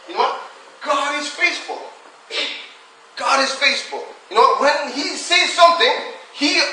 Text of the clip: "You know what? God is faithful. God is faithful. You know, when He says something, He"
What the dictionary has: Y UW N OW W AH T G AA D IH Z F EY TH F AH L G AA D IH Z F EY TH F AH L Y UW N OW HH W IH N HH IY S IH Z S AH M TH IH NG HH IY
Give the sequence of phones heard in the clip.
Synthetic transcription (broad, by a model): Y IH N OW W AH T G AA D IH Z F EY S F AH L G AA D IH Z F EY S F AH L Y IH N OW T W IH N HH IY S IH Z S AH M TH IH NG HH IY